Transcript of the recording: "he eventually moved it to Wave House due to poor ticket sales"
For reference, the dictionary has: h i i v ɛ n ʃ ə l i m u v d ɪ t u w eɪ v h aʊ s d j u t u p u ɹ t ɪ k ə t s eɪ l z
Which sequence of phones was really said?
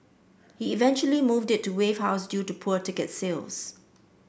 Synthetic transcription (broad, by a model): h i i v ɛ n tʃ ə l i m u v d ɪ t u w eɪ v h aʊ s d j u t u p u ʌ t ɪ k ə t s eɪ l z